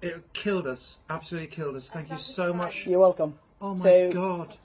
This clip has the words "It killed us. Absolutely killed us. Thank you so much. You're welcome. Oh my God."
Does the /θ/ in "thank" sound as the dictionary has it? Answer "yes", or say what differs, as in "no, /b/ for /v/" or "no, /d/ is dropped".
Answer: yes